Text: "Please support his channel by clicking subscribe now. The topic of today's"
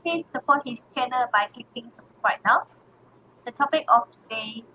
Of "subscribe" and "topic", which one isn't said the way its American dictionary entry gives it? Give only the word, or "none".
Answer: subscribe